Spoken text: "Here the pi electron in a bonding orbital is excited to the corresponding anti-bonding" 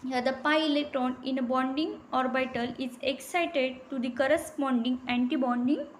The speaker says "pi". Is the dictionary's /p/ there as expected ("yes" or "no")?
yes